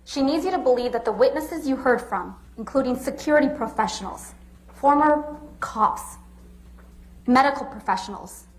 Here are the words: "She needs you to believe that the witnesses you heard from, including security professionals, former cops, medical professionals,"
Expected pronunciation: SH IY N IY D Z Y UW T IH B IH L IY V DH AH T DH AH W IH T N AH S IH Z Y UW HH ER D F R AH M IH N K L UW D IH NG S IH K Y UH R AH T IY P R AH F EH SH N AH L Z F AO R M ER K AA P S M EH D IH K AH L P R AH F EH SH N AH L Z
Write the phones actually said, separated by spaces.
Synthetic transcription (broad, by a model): SH IY N IY D Z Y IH T IH B IH L IY V DH AH T DH AH W IH T N AH S IH Z Y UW HH ER D F R AH M IH N K L UW D IH NG S IH K Y UH R AH T IY P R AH F EH SH N L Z F AO R M ER K AA S M EH D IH K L P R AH F EH SH N L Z